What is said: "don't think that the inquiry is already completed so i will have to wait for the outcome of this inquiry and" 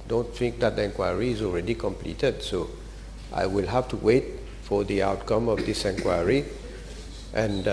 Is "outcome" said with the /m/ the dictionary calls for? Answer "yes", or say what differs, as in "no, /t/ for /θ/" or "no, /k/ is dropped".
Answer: yes